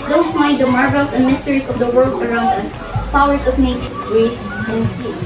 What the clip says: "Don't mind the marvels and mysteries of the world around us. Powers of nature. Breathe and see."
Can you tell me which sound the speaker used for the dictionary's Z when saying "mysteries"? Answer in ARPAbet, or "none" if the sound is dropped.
S